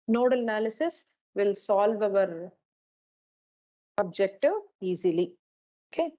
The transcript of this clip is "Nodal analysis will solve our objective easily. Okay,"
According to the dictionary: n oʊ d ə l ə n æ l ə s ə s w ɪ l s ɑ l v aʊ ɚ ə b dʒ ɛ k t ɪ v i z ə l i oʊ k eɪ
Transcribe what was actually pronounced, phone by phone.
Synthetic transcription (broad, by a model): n oʊ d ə l ə n æ l ə s ə s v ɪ l s ɑ l v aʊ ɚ ə b dʒ ɛ k t ɪ v i z ə l i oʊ k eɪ